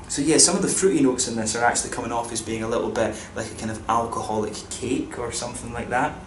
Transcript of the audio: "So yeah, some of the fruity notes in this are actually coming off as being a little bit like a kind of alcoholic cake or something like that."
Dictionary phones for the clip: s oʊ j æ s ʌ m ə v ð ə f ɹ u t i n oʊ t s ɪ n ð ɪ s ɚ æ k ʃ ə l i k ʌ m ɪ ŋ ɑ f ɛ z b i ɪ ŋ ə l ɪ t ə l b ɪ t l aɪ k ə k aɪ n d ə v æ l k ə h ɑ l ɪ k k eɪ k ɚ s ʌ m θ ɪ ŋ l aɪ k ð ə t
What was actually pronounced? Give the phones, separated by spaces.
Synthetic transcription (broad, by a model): s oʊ j æ s ʌ m ə v ð ə f ɹ u t i n oʊ t s ɪ n ð ɪ s ɚ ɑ k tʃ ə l i k ʌ m ɪ ŋ ɑ f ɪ z b i ɪ ŋ ə l ɪ t l b ɪ t l aɪ k ə k aɪ n d ə v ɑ l k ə h ɑ l ɪ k k eɪ k ɚ s ʌ m θ ɪ ŋ l aɪ k ð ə t